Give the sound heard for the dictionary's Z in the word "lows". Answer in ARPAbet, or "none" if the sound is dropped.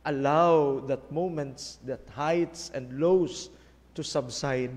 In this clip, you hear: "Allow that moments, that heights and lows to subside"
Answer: S